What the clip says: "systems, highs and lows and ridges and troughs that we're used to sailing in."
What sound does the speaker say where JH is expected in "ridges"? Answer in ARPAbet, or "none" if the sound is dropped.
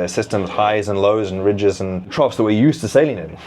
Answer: JH